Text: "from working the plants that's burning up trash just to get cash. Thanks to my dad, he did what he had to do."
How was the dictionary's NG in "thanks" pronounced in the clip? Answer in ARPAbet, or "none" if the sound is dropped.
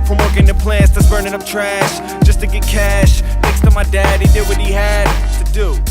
none